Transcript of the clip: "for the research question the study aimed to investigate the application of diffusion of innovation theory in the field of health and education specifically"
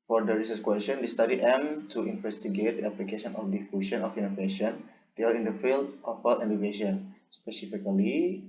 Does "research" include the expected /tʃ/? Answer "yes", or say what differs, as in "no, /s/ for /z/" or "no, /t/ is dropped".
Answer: no, /s/ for /tʃ/